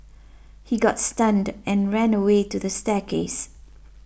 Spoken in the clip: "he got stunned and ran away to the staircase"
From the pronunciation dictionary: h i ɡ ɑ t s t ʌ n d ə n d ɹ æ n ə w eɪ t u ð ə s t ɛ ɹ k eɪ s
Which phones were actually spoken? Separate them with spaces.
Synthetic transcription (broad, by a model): h i ɡ ɑ t s t ʌ n d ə n ɹ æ n ə w eɪ t u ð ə s t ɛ k eɪ s